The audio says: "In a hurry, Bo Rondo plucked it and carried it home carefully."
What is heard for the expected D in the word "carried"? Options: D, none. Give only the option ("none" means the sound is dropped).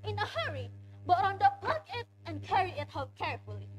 none